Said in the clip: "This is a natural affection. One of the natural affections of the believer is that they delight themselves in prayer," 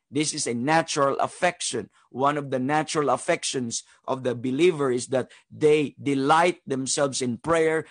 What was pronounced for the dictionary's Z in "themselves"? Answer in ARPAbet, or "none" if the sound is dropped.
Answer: S